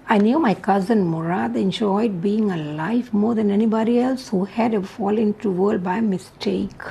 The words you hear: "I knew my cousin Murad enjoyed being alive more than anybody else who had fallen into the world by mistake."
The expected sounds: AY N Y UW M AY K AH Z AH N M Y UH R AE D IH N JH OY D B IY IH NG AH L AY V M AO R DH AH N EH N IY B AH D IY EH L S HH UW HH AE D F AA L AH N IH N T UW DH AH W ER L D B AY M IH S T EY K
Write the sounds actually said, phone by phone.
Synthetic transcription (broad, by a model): AY N Y UW M AY K AH Z AH N M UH R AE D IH N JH OY D B IY IH NG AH L AY F M AO R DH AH N EH N IY B AH D IY EH L S HH UW HH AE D F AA L IH N T UW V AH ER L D B AY M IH S T EY K